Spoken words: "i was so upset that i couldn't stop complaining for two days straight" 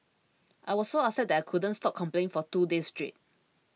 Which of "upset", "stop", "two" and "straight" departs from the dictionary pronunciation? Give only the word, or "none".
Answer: upset